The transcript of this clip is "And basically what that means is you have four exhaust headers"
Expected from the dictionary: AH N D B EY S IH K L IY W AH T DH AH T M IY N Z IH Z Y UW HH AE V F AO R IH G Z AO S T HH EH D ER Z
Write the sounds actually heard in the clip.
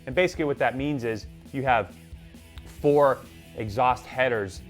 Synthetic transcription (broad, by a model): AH N B EY S IH K L IY W AH T DH AH T M IY N Z IH Z Y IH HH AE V F AO R IH G Z AO S T HH EH D ER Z